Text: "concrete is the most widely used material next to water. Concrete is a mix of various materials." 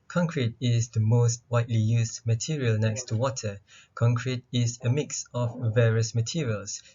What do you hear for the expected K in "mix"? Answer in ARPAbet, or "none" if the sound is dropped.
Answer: K